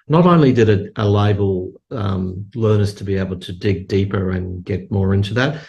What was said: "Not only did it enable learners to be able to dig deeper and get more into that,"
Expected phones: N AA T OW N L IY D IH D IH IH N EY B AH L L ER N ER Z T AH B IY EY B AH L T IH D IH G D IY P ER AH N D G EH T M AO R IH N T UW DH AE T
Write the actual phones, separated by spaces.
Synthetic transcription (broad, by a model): N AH T OW N L IY D IH D IH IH L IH B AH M L ER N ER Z T AH B IY EY B L T IH D IH G D IY P ER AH N G EH T M AO R IH N T UW DH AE T